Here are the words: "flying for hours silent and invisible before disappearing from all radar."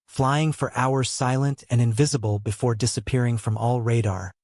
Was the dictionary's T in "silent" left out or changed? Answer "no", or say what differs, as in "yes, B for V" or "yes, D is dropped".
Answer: no